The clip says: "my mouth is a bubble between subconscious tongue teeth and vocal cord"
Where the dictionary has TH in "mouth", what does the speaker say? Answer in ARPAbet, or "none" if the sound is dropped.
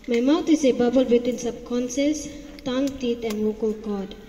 T